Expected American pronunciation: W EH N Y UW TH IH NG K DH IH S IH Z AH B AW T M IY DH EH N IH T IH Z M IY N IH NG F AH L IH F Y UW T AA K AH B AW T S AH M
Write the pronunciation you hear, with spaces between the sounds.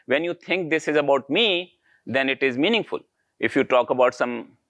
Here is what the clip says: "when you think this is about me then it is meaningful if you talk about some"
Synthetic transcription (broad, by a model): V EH N Y UW T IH NG K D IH S IH Z AH B AW T M IY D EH N IH T IH Z M IY N IH NG F AH L IH F Y UW T AA K AH B AW T S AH M